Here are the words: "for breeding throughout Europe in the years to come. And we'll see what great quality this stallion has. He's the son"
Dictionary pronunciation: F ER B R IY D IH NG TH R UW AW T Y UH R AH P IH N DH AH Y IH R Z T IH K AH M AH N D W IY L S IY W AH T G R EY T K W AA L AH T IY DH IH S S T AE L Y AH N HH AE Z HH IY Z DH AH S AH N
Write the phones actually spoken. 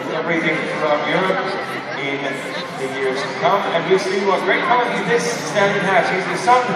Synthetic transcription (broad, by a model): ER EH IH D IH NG F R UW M Y UH R AH P IH N DH AH Y IH R Z T IH K AH M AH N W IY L S IY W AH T G R EY T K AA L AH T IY DH IH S S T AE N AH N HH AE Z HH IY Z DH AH S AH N